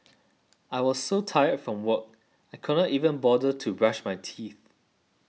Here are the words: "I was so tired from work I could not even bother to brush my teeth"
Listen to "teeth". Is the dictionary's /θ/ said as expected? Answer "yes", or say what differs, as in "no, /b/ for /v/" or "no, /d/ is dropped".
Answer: yes